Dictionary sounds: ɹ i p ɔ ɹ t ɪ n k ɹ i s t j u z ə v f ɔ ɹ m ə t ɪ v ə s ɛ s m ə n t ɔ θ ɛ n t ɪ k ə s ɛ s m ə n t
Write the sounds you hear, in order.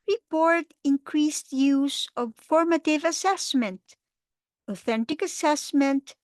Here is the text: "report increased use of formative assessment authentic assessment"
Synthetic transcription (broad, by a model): ɹ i p ɔ ɹ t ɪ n k ɹ i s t j u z ə v f ɔ ɹ m ə t ɪ v ə s ɛ s m ə n t ɔ θ ɛ n t ɪ k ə s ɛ s m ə n t